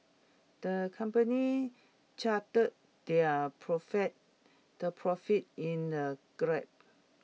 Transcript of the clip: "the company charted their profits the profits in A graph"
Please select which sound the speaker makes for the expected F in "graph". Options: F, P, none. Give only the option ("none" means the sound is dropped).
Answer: P